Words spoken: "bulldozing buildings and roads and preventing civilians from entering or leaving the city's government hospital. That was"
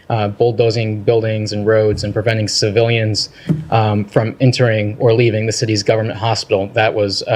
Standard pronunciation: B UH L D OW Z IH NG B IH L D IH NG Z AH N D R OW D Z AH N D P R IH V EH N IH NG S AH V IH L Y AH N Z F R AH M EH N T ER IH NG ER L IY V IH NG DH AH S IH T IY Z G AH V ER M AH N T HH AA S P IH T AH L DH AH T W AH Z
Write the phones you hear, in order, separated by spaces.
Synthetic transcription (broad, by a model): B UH L D OW Z IH NG B IH L D IH NG Z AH N R OW D Z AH N P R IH V EH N IH NG S AH V IH L Y AH N Z F R AH M EH N T ER IH NG ER L IY V IH NG DH AH S IH T IY Z G AH V ER M AH N T HH AA S P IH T L DH AH T W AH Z